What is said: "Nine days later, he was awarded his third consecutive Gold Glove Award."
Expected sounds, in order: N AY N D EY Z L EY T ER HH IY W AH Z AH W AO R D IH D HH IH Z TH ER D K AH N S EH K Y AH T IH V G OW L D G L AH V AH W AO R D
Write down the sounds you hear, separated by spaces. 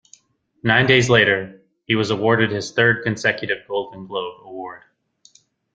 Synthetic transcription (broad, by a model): N AY N D EY Z L EY T ER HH IY W AH Z AH W AO R D IH D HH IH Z TH ER D K AH N S EH K Y AH T IH V G OW L D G L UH B AH W AO R D